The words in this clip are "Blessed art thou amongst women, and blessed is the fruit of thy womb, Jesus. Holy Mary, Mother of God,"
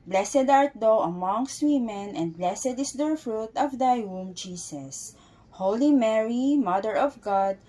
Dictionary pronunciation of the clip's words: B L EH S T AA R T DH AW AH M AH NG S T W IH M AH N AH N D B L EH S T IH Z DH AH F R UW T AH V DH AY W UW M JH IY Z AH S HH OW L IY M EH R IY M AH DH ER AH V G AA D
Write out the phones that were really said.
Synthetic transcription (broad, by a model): B L EH S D AA R T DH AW AH M AH NG S T W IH M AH N AH N D B L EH S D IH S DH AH F R UW T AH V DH AY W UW M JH IY S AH S HH OW L IY M EH R IY M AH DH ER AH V G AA D